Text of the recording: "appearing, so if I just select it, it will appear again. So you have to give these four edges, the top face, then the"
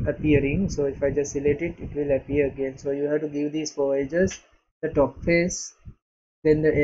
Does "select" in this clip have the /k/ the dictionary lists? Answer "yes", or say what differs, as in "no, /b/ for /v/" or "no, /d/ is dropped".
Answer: no, /k/ is dropped